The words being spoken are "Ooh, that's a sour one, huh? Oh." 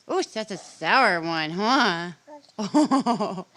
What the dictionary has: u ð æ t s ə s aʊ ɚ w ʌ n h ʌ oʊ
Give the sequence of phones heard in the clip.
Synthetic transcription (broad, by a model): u ð æ t s ə s aʊ ɚ w ʌ n h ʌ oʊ